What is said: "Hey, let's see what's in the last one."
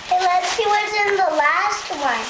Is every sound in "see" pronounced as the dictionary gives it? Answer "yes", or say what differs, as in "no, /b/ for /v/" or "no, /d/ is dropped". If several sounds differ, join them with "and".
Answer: no, /ʃ/ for /s/